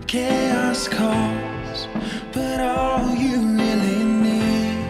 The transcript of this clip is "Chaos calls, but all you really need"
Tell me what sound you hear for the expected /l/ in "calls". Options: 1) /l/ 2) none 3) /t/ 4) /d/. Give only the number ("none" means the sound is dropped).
2